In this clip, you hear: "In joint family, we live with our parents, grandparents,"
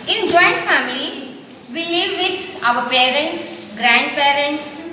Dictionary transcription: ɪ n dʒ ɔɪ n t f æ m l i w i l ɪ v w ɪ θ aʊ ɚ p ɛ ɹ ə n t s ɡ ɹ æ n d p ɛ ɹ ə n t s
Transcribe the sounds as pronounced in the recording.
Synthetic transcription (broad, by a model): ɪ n dʒ ɔɪ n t f æ m l i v i l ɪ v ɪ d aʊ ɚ p ɛ ɹ ə n t s ɡ ɹ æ n d p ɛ ɹ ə n t s